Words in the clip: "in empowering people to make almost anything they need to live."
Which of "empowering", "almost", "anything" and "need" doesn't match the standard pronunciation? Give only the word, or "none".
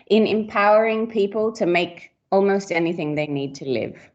none